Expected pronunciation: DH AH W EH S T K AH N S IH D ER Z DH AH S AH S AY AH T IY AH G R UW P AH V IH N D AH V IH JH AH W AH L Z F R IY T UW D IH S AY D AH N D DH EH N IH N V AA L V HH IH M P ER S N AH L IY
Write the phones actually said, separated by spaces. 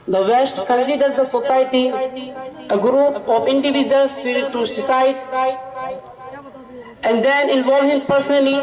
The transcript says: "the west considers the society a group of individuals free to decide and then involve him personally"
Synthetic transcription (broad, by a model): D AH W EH S T K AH N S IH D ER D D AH S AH S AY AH T IY AH G R UW P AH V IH N D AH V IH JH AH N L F IY T UW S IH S AY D AH N D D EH N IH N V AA L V HH IH M P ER S N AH L IY